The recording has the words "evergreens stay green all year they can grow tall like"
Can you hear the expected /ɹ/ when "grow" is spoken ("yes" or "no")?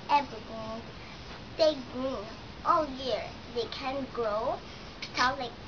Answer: yes